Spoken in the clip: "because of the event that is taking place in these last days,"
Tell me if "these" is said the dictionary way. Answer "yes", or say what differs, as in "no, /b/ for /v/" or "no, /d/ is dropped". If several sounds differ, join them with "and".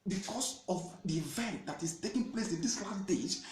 no, /s/ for /z/